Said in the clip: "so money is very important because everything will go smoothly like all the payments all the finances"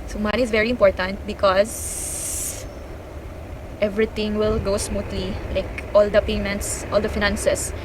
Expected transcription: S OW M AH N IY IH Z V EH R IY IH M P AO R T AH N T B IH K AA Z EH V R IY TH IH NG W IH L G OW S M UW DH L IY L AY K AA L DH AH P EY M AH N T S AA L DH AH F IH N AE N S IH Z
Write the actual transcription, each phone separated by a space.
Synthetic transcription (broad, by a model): S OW M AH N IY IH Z V EH R IY IH M P AO R T AH N T B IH K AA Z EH V R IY T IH NG W IH L G OW S M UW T L IY L AY K AA L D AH P EY M AH N T S AA L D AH F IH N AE N S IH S